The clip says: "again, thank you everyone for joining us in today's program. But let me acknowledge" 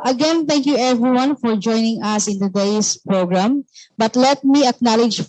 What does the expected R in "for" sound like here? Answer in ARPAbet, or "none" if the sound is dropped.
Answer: R